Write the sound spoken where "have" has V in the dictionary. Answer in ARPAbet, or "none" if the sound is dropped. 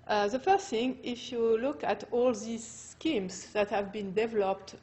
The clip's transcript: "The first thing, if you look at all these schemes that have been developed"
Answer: V